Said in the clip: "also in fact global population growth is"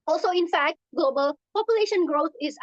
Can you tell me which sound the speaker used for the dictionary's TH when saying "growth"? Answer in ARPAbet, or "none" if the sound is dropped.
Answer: T